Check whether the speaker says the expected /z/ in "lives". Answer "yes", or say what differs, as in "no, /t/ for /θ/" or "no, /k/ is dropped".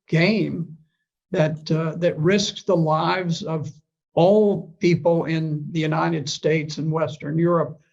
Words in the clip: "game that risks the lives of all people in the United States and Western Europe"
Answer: yes